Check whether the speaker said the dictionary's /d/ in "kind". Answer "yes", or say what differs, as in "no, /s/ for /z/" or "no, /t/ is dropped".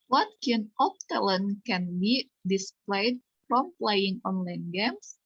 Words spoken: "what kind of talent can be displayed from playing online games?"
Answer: no, /d/ is dropped